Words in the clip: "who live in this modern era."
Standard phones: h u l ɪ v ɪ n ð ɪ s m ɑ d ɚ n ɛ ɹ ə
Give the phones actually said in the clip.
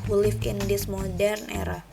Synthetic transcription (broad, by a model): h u l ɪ f ɪ n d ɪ s m ɑ d ɚ n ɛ ɹ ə